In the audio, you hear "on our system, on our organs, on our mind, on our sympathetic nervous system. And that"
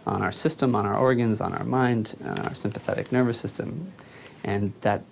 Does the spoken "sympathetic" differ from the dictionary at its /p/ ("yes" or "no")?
no